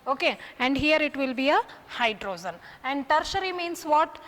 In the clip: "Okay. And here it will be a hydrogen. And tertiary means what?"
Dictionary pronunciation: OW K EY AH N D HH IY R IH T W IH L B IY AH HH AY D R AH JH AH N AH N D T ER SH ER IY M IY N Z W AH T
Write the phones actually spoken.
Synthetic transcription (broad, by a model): OW K EY AH N D HH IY R IH T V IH L B IY AH HH AY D R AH Z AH N AH N D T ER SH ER IY M IY N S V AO T